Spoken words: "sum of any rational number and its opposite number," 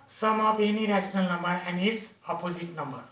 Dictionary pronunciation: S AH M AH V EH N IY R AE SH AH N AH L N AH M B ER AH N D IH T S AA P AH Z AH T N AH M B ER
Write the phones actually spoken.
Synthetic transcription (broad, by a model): S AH M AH P EH N IY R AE S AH N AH L N AH M B ER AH N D IH T S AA P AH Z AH T N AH M B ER